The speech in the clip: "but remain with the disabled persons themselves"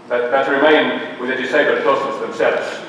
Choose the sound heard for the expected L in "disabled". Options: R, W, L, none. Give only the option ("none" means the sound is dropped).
none